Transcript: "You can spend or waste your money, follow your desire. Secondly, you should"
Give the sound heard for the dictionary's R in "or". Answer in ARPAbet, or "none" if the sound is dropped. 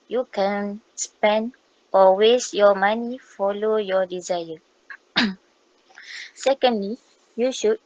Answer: L